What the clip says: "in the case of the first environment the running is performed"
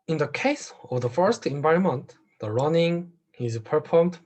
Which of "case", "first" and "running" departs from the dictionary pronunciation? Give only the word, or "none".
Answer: none